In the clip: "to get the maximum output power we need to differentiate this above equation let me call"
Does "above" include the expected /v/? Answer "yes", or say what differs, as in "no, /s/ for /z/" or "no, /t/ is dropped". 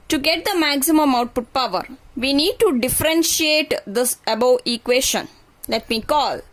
no, /v/ is dropped